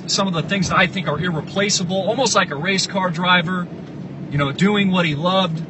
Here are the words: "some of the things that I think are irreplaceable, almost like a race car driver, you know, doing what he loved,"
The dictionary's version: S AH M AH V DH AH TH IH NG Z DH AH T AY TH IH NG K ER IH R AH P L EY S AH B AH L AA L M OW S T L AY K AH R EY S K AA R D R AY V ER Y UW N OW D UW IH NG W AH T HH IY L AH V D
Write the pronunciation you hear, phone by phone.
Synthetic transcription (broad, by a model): S AH M AH V DH AH TH IH NG Z DH AH T AY TH IH NG K ER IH R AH P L EY S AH B L AA L M OW S T L AY K AH R EY S K AA R D R AY V ER Y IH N OW D UW IH NG W AH T HH IY L AH V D